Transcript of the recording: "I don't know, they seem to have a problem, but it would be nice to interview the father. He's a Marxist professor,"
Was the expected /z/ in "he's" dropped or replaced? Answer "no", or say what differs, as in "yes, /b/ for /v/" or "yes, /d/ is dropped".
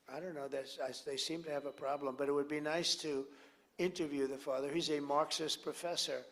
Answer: no